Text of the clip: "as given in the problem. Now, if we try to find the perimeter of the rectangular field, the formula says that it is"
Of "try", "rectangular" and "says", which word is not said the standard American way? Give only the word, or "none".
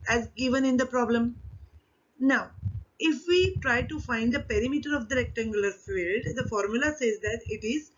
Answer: rectangular